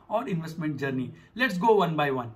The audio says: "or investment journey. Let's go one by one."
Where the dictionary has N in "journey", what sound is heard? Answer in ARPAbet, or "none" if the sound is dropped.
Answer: N